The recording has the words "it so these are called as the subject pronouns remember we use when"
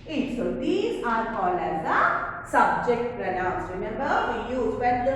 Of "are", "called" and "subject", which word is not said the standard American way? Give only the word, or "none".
called